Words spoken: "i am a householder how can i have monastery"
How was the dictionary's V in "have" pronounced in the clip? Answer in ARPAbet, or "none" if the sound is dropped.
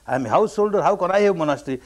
W